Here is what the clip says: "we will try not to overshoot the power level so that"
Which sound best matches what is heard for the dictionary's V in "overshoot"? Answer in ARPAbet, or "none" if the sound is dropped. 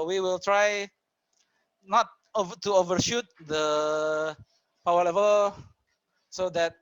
V